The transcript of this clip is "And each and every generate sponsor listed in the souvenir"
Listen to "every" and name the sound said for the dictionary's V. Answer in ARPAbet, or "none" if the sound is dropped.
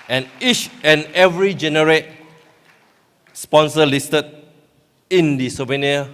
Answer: V